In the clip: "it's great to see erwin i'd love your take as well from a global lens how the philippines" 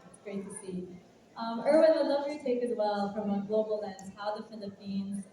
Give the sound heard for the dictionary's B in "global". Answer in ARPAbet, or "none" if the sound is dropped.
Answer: none